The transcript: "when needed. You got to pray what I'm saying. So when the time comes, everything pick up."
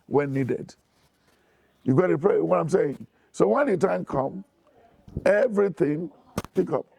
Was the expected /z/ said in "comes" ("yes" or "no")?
no